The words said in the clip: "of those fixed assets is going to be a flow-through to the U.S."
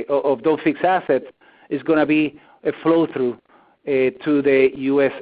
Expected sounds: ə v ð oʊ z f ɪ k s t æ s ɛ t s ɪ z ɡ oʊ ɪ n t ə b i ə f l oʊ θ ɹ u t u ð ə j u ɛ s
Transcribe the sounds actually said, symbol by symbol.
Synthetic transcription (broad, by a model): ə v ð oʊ f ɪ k s æ s ɛ t s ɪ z ɡ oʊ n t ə b i ə f l oʊ θ ɹ u t u ð ə j u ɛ s